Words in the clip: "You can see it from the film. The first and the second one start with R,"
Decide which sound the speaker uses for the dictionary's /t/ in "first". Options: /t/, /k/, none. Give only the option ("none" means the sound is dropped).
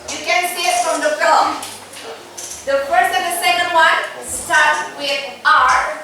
none